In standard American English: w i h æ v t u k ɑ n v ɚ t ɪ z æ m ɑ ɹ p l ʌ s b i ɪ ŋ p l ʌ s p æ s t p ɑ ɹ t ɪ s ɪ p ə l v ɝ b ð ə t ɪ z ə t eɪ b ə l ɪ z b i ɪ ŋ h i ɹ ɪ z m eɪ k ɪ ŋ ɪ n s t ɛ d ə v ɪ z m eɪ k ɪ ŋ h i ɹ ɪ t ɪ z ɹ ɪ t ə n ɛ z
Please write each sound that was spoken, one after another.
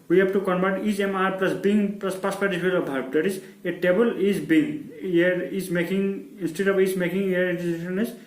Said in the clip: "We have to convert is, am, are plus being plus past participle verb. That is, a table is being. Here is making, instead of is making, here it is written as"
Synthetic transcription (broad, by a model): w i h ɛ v t u k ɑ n b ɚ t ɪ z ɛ m ɑ ɹ p l ʌ s b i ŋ p l ʌ s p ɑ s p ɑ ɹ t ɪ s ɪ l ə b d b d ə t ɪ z ə t eɪ b ə l ɪ z b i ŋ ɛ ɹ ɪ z m eɪ k ɪ ŋ ɪ n s t ɛ d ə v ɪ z m eɪ k ɪ ŋ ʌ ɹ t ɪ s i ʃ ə n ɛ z